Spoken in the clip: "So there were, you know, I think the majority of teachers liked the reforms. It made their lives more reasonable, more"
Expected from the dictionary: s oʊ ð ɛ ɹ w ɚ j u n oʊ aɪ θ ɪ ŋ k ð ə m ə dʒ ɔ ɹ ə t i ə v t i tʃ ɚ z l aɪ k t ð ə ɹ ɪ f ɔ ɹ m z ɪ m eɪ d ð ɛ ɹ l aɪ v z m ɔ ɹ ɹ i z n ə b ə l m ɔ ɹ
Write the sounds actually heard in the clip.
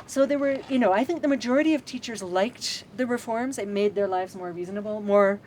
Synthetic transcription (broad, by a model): s oʊ ð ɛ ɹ w ɚ j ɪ n oʊ aɪ θ ɪ ŋ k ð ə m ə dʒ ɔ ɹ ə t i ə v t i tʃ ɚ z l aɪ k t ð ə ɹ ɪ f ɔ ɹ m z ɪ m eɪ d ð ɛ ɹ l aɪ v z m ɔ ɹ ɹ i z n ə b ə l m ɔ ɹ